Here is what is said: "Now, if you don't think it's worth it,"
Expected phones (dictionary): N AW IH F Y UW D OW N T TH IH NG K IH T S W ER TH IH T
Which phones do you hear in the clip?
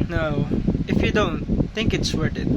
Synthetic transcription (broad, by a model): N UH IH F Y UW D OW N T TH IH NG K IH T S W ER T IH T